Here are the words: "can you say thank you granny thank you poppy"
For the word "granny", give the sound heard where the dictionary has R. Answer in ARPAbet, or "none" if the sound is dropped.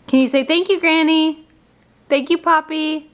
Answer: R